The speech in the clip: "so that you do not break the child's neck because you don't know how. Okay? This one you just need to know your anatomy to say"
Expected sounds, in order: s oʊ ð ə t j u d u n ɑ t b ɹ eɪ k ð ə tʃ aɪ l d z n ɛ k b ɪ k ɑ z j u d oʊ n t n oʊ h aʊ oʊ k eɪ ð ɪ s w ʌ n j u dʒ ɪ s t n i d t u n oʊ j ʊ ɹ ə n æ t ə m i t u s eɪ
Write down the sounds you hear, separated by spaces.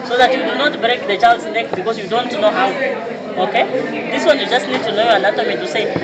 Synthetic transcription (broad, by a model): s oʊ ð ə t j u d u n ɑ t b ɹ eɪ k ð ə tʃ aɪ l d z n ɛ k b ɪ k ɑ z j u d oʊ n t n oʊ h aʊ oʊ k eɪ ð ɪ s w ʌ n j u dʒ ɪ s t n i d t u n oʊ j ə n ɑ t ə m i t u s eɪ